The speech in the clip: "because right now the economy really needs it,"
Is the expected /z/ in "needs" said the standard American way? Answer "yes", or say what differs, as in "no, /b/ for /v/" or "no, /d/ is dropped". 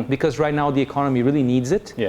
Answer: yes